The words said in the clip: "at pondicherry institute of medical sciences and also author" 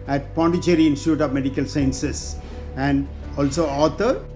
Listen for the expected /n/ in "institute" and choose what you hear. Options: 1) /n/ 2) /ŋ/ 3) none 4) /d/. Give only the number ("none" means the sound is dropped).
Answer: 1